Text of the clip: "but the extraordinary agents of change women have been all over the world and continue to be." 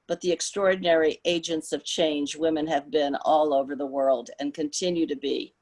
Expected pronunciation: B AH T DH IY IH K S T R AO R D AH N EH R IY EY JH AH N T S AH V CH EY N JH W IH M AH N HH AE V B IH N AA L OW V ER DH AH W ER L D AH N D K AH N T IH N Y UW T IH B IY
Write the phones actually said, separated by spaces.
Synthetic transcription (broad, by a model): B AH T DH IY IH K S T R AO R D N EH R IY EY JH AH N T S AH V CH EY N JH W IH M AH N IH V B IH N AA L OW V ER DH AH W ER L D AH N K AH N T IH N Y UW T IH B IY